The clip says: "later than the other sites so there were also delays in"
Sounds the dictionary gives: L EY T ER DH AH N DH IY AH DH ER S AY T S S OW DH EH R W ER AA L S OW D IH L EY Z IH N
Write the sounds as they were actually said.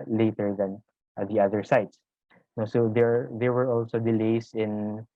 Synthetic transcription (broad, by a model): L EY T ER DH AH N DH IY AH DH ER S AY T S S OW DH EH R W ER AA L S OW D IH L EY S IH N